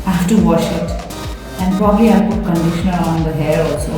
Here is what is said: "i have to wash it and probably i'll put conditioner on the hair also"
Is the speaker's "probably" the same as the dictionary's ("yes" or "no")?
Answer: yes